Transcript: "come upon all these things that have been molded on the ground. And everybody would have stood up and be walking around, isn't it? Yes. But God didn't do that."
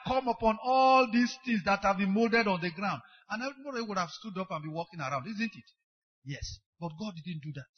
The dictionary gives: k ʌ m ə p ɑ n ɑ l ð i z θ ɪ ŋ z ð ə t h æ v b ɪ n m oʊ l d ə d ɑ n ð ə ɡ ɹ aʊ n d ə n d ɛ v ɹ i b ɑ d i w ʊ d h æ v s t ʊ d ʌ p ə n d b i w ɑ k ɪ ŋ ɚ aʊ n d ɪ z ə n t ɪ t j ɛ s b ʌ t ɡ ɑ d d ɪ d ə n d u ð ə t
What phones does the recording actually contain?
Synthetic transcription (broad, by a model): k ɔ m ə p ɑ n ɑ l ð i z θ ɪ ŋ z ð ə t h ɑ v b ɪ n m oʊ l d ə d ɑ n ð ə ɡ ɹ aʊ n d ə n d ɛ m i ɑ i w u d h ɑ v s t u d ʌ p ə n b i w ɑ k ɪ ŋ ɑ aʊ n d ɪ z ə n t ɪ t j ɛ s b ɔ t ɡ ɑ d d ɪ d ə n d u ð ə t